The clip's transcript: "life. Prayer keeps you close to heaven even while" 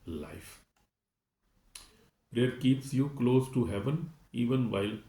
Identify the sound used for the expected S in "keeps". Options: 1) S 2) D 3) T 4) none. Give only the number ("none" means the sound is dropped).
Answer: 1